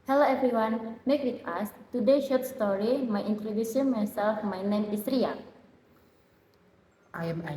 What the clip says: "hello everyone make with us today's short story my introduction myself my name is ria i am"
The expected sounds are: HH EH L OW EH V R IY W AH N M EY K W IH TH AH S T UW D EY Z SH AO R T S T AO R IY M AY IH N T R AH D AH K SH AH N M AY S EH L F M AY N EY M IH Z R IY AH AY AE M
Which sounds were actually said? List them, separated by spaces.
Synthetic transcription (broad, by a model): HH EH L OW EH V R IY W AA N M EY K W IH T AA S T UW D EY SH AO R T S T AO R IY M AY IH N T L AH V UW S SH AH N M AY S EH L F M AY N EY M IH S R IY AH AY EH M